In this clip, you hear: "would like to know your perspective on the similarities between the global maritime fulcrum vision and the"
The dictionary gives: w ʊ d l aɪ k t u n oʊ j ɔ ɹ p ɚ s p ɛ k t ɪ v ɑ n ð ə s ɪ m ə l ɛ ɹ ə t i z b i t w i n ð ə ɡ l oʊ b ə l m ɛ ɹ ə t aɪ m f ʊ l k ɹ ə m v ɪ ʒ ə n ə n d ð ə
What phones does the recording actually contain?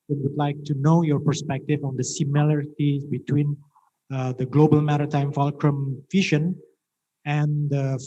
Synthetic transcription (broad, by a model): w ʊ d l aɪ k t u n oʊ j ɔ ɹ p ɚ s p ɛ k t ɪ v ɑ n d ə s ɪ m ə l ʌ ɹ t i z b i t w i n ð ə ɡ l oʊ b ə l m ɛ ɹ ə t aɪ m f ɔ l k ɹ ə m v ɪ ʃ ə n ə n d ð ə